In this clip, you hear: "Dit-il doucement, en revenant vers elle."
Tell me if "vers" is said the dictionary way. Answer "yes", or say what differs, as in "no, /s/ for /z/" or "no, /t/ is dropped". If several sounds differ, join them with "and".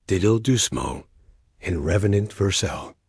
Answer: yes